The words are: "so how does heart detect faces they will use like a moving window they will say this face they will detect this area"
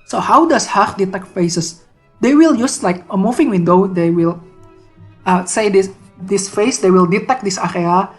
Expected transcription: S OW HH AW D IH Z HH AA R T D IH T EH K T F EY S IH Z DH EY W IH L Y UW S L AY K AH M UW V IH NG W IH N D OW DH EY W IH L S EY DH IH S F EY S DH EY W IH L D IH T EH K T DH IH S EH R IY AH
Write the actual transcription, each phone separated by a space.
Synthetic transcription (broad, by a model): S OW HH AW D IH S HH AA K D IH T EH K T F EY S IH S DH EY W IH L Y UW S L AY K AH M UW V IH NG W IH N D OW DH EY W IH L S EY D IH S F EY S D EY W IH L D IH T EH K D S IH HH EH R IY